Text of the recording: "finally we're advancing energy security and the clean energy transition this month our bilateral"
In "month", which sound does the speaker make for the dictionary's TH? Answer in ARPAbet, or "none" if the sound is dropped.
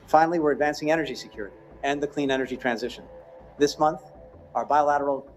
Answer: TH